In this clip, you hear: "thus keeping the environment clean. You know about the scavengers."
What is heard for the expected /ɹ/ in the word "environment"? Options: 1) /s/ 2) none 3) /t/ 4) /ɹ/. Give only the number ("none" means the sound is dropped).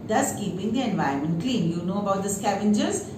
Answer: 2